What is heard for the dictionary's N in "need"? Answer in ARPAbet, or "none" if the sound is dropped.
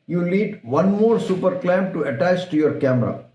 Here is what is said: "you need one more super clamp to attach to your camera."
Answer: L